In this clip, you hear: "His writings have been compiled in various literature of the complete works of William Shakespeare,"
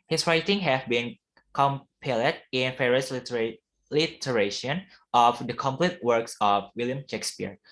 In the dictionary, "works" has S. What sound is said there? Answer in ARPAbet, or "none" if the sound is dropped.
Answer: S